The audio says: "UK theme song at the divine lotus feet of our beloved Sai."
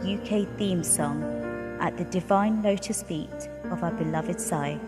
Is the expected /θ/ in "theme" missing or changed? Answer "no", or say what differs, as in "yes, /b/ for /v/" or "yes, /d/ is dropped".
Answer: no